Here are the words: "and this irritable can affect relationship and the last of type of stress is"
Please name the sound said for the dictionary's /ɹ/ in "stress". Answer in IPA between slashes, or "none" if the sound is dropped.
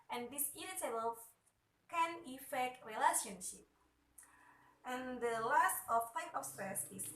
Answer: none